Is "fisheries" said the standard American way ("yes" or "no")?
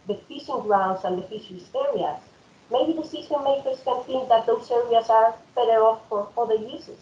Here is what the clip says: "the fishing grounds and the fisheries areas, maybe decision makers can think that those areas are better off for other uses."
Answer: no